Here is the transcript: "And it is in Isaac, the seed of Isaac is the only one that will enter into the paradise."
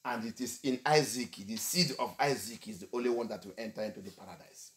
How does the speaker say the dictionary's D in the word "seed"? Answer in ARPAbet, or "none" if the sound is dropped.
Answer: D